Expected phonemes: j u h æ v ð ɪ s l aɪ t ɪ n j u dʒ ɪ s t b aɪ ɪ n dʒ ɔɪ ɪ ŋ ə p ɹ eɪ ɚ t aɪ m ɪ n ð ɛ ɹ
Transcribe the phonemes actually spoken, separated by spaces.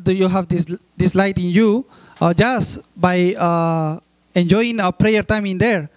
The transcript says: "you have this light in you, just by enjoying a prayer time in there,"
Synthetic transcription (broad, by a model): j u h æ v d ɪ s l aɪ t ɪ n j u dʒ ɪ s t b aɪ ɪ n dʒ ɔɪ ɪ ŋ ə p ɹ eɪ ɚ t aɪ m ɪ n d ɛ ɹ